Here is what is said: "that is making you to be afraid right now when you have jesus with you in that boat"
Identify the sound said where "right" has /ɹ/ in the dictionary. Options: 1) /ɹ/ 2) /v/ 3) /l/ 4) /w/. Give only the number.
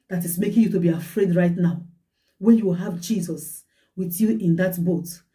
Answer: 1